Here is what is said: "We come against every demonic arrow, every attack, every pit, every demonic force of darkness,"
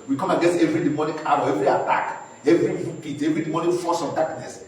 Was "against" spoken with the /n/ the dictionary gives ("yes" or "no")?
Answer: no